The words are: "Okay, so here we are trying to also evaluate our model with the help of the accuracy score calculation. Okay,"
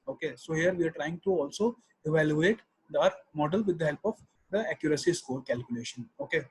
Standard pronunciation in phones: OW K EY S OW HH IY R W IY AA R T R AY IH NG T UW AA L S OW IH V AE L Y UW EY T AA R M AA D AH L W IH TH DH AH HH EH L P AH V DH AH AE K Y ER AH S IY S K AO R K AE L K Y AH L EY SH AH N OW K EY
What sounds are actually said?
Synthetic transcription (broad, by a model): OW K EY S OW HH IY R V IY AA R T R AY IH NG T UW AA L S OW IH V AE L Y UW EY T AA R M AA D AH L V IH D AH HH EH L P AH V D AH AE K Y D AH S IY S K AO R K AE L K Y AH L EY SH AH N OW K EY